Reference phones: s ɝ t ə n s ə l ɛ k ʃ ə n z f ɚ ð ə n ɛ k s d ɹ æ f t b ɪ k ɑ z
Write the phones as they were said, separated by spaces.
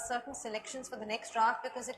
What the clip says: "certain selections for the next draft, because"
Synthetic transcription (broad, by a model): s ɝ t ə n s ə l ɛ k ʃ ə n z f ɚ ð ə n ɛ k s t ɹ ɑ t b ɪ k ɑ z